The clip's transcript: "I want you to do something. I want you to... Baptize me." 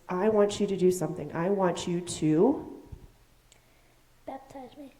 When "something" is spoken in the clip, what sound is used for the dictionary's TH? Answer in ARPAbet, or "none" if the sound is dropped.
TH